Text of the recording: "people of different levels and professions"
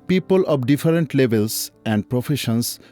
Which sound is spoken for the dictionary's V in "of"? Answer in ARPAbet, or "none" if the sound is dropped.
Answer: B